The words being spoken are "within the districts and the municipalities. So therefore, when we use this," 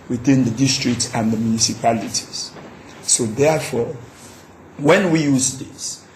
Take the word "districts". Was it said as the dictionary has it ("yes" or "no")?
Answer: yes